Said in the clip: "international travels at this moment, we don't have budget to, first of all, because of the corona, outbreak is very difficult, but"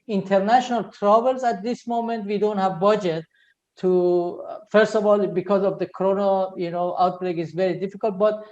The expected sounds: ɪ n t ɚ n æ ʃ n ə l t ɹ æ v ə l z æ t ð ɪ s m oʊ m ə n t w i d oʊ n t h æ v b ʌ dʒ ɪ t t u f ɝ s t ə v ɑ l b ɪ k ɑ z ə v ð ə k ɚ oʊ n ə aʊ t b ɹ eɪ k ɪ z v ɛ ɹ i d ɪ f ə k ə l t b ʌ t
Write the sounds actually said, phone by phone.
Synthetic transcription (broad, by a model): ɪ n t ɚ n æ ʃ n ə l t ɹ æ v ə l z æ t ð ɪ s m oʊ m ə n t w i d oʊ n t h æ v b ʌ dʒ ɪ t t u f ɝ s t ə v ɑ l b ɪ k ɑ z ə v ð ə k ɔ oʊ n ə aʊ t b ɹ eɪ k ɪ z v ɛ ɹ i d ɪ f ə k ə l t b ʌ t